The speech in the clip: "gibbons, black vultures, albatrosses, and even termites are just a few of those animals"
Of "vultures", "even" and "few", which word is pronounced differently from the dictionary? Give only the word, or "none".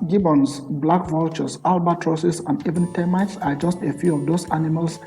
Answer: vultures